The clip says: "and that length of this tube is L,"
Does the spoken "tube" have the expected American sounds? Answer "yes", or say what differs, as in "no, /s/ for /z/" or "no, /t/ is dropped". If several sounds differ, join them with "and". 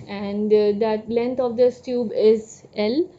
yes